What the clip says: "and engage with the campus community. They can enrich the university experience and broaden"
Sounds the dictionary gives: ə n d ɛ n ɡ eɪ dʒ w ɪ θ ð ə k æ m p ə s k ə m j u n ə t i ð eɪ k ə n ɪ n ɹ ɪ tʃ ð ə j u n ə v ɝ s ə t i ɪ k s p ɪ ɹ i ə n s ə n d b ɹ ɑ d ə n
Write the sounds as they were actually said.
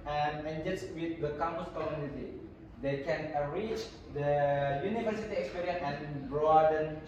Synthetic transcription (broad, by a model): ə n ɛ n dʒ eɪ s w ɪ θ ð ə k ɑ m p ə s k ə m j u n ə t i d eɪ k ə n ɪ ɹ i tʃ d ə j u n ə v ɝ s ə t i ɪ k s p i ɹ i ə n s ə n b ɹ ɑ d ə n